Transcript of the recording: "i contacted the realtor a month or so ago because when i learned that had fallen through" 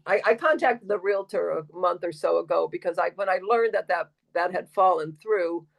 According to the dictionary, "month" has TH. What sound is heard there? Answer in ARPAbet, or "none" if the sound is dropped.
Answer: TH